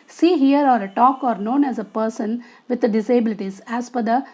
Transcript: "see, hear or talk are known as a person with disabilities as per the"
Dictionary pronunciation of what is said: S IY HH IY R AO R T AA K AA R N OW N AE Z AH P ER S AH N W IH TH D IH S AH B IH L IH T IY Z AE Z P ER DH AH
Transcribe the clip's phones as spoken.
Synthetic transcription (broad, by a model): S IY HH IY R AO R T AA K AA R N OW N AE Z AH P ER S AH N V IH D D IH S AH B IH L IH T IY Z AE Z F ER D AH